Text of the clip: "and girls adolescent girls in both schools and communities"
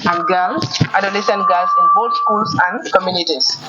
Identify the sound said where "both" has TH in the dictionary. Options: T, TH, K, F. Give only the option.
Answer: T